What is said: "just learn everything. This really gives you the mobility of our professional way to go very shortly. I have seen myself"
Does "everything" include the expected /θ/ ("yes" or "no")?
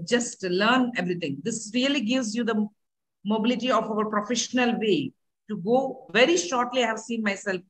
no